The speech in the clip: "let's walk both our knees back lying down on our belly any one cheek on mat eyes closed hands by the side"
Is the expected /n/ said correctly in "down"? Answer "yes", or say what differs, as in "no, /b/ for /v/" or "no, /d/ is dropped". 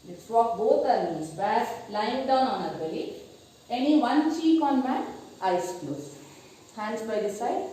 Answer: yes